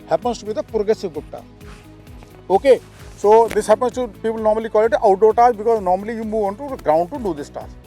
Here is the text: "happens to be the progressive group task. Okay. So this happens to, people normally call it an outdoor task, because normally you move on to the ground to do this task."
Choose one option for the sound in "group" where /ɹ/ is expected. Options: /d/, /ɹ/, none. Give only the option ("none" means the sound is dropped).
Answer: none